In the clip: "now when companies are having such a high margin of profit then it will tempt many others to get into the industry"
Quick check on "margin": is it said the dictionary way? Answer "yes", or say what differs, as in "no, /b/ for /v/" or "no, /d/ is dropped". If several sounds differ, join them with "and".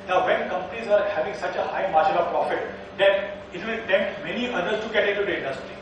no, /ʃ/ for /dʒ/ and /l/ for /n/